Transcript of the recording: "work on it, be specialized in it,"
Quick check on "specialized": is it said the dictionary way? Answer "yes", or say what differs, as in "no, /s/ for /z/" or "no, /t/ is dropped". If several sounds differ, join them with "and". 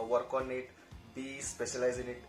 no, /d/ is dropped